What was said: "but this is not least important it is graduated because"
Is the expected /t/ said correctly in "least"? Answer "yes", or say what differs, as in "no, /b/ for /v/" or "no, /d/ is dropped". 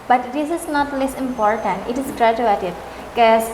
no, /t/ is dropped